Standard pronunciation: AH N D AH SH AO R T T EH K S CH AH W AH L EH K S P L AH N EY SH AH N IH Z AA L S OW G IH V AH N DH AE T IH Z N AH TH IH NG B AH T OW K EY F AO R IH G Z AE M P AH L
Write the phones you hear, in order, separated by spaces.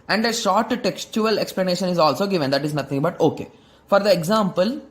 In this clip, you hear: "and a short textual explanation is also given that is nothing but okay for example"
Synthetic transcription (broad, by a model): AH N D AH SH AO R T T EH K S CH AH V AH L EH K S P L AH N EY SH AH N IH Z AA L S OW G IH V AH N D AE T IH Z N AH T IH NG B AH T OW K EY F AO R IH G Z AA M P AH L